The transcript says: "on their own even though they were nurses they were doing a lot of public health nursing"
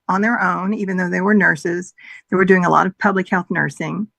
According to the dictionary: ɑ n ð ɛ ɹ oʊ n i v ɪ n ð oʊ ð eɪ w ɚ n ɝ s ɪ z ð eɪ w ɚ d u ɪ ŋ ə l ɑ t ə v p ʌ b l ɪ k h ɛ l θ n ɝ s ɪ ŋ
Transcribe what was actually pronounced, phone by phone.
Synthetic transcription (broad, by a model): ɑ n ð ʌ ɹ oʊ n i v ɪ n ð oʊ ð eɪ w ɚ n ɝ s ɪ z ð eɪ w ɚ d u ɪ ŋ ə l ɑ t ə v p ʌ b l ɪ k h ɛ l θ n ɝ s ɪ ŋ